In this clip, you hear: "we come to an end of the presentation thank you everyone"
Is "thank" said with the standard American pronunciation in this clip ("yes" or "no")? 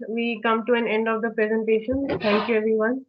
no